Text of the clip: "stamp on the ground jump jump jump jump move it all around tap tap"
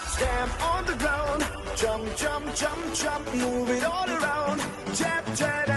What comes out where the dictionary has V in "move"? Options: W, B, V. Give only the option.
V